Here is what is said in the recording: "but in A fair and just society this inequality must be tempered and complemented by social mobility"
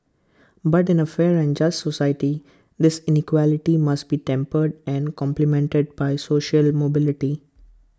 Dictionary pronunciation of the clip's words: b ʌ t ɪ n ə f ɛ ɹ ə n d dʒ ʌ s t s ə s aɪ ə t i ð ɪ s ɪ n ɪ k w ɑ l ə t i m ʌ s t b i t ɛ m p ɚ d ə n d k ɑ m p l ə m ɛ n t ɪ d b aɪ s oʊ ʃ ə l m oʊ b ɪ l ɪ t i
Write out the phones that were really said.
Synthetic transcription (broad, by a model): b ʌ t ɪ n ə f ɛ ɹ ə n d dʒ ʌ s t s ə s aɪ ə t i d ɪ s ɪ n ɪ k w ɑ l ə t i m ʌ s t b i t ɛ m p ɚ d ə n d k ɑ m p l ə m ɛ n t ɪ d b aɪ s oʊ ʃ ə l m oʊ b ɪ l ɪ t i